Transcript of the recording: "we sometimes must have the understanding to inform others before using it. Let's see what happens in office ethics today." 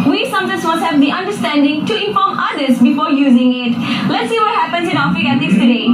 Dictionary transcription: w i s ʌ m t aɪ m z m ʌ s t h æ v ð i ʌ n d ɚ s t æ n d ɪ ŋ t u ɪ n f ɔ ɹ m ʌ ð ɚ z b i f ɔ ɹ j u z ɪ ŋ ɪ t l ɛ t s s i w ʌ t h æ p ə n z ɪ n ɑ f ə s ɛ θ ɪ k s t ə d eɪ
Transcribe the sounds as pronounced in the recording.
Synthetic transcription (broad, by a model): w i s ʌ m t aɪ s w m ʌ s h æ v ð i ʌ n d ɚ s t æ n d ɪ ŋ t u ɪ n f ɔ m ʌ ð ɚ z b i f ɔ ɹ j u z ɪ ŋ ɪ t l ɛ t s s i w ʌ t h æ p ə n s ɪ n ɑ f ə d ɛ t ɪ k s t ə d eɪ